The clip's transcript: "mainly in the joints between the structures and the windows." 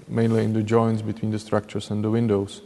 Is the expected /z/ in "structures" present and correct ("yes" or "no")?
no